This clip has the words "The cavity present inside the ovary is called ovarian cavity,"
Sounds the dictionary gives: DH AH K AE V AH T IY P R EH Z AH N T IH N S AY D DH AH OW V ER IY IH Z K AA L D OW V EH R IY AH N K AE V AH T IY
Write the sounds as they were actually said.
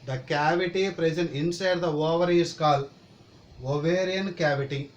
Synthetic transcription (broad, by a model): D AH K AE V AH T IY P R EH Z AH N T IH N S AY D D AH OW V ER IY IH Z K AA L OW V EH R IY AH N K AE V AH T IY